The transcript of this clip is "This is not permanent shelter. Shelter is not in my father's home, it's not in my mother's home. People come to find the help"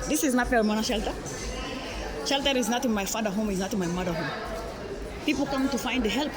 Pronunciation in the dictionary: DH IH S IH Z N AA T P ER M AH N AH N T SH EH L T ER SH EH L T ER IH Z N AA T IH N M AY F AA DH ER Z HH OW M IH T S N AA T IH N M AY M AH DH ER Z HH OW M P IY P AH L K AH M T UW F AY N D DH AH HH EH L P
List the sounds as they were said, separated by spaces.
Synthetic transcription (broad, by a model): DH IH S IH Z N AA T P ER M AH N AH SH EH L T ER SH EH L T ER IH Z N AA T IH N M AY F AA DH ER HH OW M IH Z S N AA T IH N M AY M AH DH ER HH OW M P IY P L K AH M T UW F AY N D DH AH HH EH L P